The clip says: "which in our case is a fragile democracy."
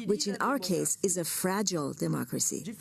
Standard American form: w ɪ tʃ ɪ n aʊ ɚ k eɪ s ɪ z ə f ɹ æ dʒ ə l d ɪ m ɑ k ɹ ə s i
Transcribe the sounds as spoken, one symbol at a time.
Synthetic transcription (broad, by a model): w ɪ tʃ ɪ n aʊ ɚ k eɪ s ɪ z ə f ɹ æ dʒ ə l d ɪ m ɑ k ɹ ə s i